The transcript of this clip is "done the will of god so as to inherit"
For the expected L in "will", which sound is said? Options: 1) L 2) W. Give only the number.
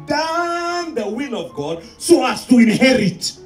1